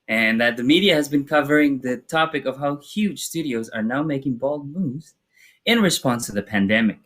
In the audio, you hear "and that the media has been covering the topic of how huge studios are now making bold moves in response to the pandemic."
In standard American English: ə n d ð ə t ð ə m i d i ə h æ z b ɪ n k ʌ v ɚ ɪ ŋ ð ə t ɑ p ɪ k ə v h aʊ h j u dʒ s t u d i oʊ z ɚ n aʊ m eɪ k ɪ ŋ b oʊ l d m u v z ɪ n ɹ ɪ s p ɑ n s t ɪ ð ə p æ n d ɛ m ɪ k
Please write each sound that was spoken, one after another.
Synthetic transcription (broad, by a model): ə n ð ə t ð ə m i d i ə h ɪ z b ɪ n k ʌ v ɚ ɪ ŋ ð ə t ɑ p ɪ k ə v h aʊ h j u dʒ s t u d i oʊ z ɚ n aʊ m eɪ k ɪ ŋ b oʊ l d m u z ɪ n ɹ ɪ s p ɑ n s t ɪ ð ə p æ n d ɛ m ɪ k